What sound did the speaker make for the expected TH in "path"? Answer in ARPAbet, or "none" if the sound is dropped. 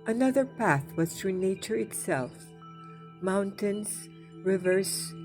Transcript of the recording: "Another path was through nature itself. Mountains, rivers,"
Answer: TH